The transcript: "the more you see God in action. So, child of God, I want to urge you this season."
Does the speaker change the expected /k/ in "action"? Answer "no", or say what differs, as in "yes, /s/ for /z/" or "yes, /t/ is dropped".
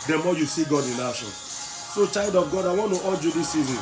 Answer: yes, /k/ is dropped